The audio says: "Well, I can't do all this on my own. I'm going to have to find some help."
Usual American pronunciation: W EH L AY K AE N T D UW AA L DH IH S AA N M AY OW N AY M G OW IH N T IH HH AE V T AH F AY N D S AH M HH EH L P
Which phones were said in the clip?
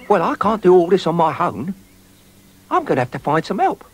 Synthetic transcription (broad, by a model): W EH L AY K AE N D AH AA L DH IH S N M AY OW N AY M G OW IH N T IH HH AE F T AH F AY N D S AH M HH EH L P